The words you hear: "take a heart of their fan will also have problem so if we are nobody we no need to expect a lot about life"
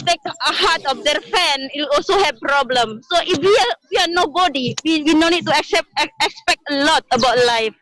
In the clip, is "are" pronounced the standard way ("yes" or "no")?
no